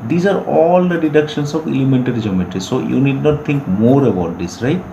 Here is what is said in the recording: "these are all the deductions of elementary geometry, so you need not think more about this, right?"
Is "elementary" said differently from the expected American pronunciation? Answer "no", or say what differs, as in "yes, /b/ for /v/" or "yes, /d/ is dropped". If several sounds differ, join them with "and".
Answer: yes, /ɹ/ is dropped